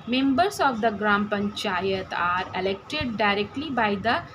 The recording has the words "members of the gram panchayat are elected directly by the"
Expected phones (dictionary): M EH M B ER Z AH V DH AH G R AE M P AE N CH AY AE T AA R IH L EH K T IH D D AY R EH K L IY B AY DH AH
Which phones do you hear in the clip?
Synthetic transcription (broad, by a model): M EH M B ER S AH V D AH G R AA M P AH N CH AY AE T AA R IH L EH K T IH D D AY R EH K L IY B AY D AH